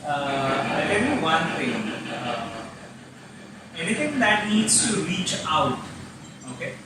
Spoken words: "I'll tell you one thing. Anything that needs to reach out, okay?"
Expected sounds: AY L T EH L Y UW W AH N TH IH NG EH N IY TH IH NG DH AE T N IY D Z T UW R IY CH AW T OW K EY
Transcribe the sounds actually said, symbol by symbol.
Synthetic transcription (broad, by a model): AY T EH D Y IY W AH N T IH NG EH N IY T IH NG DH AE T N IY D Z T UW R IY CH AW T OW K EY